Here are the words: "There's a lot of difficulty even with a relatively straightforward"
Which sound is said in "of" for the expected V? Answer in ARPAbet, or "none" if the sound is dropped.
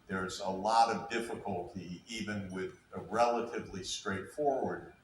V